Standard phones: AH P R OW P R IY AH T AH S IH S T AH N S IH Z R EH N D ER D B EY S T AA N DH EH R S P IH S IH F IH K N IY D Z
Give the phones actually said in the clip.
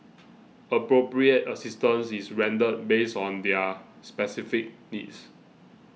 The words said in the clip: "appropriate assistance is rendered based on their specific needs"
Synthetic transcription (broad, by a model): AH P R OW P R IY AH T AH S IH S T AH N S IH S R EH N D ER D B EY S AA N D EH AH S P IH S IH F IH K N IY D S